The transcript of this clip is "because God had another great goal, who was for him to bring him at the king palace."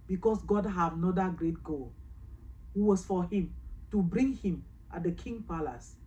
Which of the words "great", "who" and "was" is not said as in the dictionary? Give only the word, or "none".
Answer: was